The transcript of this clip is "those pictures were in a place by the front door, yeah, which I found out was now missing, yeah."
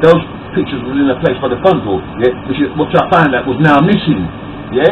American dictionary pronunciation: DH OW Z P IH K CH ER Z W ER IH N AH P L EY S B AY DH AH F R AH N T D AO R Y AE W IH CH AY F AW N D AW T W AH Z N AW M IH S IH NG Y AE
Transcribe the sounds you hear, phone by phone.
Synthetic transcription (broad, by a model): DH OW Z P IH K CH ER Z W ER IH N AH P L EY S B AY DH AH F AH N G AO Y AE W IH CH AY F AW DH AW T W AH Z N AW M IH S IH NG Y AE